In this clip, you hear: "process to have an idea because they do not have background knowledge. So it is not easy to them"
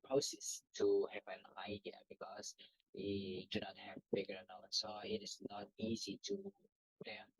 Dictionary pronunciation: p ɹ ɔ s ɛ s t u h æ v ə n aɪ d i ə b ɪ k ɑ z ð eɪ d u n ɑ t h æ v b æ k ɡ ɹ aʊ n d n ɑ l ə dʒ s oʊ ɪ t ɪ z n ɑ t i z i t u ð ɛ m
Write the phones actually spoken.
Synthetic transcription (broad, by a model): p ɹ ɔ s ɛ s t u h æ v ə n aɪ d i ə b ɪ k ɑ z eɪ d u n ɑ t h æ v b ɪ ɡ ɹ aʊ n n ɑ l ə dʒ s oʊ ɪ t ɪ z n ɑ t i z i t u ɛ